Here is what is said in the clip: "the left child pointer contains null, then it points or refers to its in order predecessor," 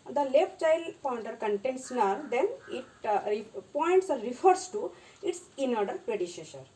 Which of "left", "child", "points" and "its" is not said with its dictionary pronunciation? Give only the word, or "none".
none